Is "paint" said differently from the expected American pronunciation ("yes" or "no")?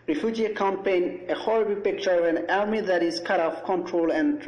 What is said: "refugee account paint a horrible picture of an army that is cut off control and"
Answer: yes